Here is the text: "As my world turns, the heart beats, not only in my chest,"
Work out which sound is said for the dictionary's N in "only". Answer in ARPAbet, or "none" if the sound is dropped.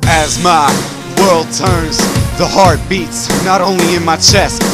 N